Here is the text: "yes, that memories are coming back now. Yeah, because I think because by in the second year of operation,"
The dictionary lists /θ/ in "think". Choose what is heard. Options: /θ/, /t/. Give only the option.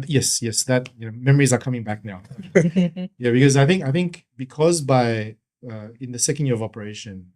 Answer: /θ/